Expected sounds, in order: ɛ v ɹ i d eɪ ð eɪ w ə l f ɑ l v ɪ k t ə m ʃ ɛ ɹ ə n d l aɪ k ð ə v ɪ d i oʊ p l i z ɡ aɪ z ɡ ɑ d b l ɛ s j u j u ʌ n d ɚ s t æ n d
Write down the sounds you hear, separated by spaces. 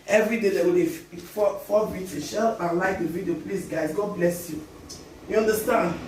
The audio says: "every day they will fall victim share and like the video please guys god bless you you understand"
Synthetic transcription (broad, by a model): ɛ v ɹ i d eɪ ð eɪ w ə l f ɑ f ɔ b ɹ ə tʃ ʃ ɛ l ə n l aɪ k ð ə v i d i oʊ p l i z ɡ aɪ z ɡ ɑ d b l ɛ s j u j u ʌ n d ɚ s t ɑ n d